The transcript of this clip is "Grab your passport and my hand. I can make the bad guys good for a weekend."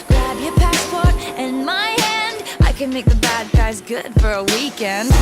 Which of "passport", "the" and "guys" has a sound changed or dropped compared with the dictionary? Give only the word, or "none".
none